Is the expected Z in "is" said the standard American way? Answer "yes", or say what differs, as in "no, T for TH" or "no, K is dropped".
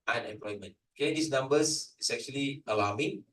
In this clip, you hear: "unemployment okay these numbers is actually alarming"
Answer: no, S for Z